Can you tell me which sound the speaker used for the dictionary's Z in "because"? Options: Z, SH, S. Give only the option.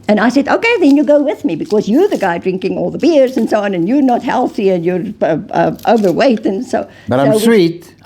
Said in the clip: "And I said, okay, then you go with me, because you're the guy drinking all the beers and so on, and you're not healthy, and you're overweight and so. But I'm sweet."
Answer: Z